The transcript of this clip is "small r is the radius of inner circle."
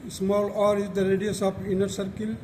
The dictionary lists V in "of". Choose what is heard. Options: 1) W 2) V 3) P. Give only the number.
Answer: 3